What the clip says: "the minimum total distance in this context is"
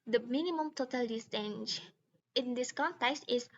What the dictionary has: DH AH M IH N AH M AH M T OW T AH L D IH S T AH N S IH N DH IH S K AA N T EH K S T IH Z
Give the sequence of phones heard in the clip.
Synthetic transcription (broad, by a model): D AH M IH N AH M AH M T OW T AH L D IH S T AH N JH IH N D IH S K AA N T EH K S T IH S